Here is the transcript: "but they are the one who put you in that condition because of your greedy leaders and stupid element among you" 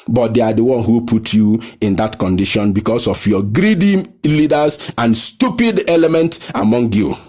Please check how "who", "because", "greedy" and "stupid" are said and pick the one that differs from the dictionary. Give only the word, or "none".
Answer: because